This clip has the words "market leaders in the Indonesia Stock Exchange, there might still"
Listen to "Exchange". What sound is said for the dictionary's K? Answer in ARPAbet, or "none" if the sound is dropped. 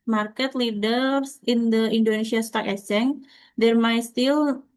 none